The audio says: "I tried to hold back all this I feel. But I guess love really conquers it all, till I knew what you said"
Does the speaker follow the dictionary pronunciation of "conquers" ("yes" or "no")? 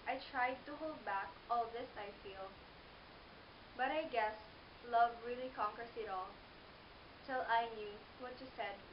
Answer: no